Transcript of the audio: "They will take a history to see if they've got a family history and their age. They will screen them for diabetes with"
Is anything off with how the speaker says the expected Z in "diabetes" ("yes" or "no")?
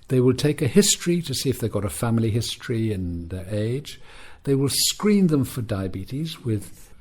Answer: no